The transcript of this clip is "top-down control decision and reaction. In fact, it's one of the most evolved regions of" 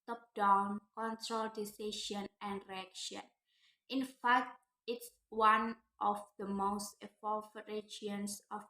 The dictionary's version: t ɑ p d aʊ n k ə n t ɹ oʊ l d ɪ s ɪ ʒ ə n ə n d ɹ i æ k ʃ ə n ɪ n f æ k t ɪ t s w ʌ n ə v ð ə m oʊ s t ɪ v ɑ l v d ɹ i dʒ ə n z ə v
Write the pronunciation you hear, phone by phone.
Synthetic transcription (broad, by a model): t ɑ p d aʊ n k ə n t ɹ oʊ l d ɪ s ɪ ʃ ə n ə n d ɹ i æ k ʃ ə n ɪ n f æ k t ɪ t s w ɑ n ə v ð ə m oʊ s t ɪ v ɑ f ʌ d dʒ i ə n s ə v